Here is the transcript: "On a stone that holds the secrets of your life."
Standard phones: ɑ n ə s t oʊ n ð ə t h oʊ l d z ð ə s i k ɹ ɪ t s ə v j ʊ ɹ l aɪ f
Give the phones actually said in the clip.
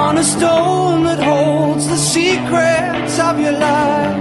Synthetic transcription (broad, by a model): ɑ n ə s t oʊ n ð ə t h oʊ l d z ð ə s i k ɹ ɪ t s ə v j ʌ ɹ l aɪ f